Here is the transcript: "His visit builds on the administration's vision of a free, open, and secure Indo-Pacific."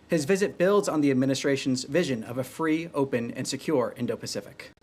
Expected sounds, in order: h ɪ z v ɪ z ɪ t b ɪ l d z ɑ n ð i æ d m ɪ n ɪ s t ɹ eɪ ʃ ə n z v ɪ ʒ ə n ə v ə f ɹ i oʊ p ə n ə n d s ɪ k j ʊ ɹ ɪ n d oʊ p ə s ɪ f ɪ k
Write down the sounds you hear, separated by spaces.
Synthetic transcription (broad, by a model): h ɪ z v ɪ z ɪ t b ɪ l d z n ð i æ d m ɪ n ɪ s t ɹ eɪ ʃ n z v ɪ ʒ ə n ə v ə f ɹ i oʊ p ə n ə n s ɪ k j ʊ ɹ ɪ n d oʊ p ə s ɪ f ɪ k